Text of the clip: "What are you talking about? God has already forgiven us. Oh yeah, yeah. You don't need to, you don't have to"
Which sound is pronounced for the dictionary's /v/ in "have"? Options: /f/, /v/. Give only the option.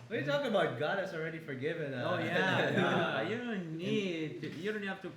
/f/